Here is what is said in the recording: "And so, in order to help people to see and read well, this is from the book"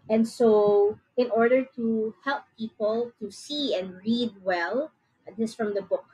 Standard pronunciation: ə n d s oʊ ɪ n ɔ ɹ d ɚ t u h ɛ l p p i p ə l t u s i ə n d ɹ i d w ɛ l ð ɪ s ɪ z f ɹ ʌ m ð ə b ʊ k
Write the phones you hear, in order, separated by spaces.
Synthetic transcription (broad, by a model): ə n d s oʊ ɪ n ɔ ɹ d ɚ t u h ɛ l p p i p ə l t u s i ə n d ɹ i d w ɛ l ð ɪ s f ɹ ʌ m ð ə b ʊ k